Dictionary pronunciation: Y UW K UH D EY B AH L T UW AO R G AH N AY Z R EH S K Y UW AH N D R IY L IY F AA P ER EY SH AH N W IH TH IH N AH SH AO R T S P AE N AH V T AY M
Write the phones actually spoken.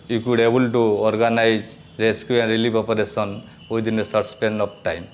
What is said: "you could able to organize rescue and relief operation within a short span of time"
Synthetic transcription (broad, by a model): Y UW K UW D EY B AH L T UW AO R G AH N AY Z R EH S K Y UW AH N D R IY L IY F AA P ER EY S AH N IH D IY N AH S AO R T S P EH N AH P T AY M